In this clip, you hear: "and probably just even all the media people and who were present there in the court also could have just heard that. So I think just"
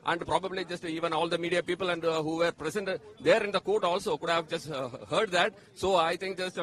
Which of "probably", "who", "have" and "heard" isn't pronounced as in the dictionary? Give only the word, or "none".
none